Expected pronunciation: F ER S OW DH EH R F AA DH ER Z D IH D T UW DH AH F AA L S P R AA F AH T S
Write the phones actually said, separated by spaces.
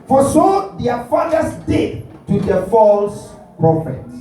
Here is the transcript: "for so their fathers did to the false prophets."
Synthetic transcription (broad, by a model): F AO S OW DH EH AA F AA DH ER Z D IH D T UW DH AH F AA L S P R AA F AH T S